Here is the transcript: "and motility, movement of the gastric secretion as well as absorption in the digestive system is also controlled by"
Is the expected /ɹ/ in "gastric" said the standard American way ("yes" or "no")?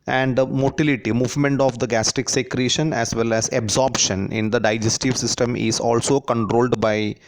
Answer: no